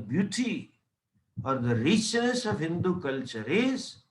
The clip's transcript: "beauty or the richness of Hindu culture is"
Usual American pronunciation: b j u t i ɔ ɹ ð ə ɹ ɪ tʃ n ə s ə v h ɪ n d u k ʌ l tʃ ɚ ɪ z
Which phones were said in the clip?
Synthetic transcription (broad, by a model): b j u t i ɔ ɹ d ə ɹ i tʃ ə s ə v h ɪ n d u k ʌ l tʃ ɚ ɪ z